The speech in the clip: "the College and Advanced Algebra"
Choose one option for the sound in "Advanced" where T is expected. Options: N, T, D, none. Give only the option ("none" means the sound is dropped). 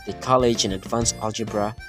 none